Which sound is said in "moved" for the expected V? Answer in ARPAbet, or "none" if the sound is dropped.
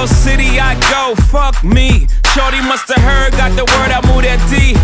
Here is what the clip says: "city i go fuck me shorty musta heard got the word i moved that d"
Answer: none